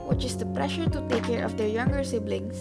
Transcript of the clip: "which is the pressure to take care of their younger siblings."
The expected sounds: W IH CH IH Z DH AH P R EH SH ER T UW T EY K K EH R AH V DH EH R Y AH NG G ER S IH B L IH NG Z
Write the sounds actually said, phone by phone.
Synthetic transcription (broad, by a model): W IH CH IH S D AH P R EH SH ER T UW T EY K K EH R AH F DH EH R Y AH NG G ER S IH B L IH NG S